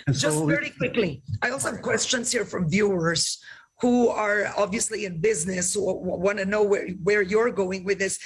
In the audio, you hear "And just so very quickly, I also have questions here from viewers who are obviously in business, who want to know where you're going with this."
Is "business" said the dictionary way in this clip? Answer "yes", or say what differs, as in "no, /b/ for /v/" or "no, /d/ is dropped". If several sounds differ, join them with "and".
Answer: yes